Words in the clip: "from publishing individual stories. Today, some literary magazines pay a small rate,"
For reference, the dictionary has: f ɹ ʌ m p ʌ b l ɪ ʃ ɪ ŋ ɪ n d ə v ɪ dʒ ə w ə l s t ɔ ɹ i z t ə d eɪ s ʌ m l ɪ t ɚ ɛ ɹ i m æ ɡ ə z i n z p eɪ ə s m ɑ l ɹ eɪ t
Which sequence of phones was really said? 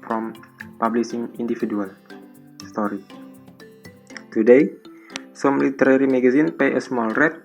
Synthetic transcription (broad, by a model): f ɹ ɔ m p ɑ b l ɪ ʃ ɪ ŋ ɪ n d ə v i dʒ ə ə l s t ɔ ɹ i t ə d eɪ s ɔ m l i t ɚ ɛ ɹ i m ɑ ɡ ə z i n p eɪ ə s m ɑ l ɹ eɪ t